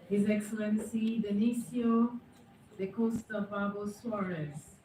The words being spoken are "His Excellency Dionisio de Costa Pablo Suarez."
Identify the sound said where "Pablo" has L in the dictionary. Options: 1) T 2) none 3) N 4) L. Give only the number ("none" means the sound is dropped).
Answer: 2